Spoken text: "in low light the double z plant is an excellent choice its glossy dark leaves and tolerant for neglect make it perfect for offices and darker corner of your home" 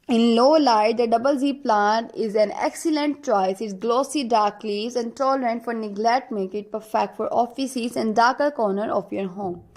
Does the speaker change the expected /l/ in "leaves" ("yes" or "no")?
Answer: no